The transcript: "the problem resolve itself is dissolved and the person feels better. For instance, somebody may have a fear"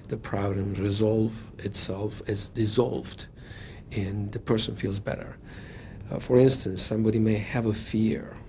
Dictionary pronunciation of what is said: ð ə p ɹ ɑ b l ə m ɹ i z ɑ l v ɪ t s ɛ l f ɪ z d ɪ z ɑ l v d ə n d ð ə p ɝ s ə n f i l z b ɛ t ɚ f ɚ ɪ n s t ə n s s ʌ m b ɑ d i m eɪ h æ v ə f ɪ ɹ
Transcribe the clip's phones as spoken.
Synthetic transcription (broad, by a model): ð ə p ɹ ɑ b l ə m ɹ i z ɑ l v ɪ t s ɛ l f ɪ z d ɪ z ɑ l v d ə n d ð ə p ɝ s ə n f i l z b ɛ t ɚ f ɚ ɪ n s t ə n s s ʌ m b ɑ d i m eɪ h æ v ə f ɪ ɹ